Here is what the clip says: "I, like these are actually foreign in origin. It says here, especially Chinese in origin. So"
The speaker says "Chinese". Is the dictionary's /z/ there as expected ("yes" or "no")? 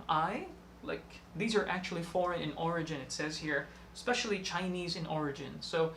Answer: yes